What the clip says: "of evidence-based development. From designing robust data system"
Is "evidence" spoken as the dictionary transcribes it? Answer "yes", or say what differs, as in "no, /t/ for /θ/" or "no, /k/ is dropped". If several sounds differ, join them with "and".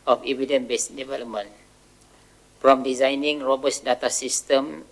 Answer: no, /s/ is dropped